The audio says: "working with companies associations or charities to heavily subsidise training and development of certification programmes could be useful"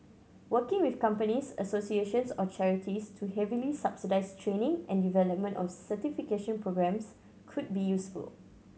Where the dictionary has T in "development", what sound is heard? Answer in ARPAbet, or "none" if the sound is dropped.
T